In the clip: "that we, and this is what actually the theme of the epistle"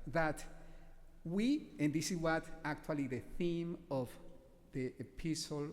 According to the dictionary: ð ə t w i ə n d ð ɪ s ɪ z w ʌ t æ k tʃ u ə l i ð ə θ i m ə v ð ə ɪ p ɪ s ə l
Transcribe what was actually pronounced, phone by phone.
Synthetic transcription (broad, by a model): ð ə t w i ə n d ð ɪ s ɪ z w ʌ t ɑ k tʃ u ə l i ð ə θ i m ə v ð ə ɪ p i s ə l